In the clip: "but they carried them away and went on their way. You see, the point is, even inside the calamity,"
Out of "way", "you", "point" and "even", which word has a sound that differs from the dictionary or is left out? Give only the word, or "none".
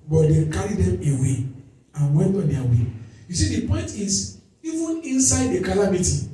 none